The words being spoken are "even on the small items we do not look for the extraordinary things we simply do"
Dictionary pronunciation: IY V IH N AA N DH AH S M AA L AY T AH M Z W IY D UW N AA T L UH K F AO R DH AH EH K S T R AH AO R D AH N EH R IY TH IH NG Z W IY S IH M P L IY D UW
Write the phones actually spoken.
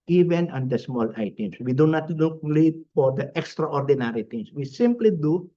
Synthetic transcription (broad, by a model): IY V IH N AA N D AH S M AA L AY T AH M S W IY D UW N AA T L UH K F AO R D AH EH K S T R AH AO R D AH N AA R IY T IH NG S W IY S IH M P L IY D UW